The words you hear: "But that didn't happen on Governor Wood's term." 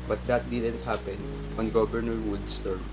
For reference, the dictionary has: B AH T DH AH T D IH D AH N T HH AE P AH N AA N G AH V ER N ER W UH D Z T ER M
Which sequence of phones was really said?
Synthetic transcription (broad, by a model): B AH T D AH T D IH D AH N T HH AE P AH N AA N G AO B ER N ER W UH D S T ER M